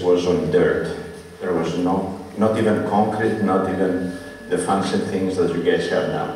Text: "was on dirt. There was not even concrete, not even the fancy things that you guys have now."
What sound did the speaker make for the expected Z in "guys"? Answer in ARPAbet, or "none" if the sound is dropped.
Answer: S